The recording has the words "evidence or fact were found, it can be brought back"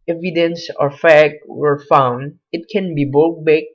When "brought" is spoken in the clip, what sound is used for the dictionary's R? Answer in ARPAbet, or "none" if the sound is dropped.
none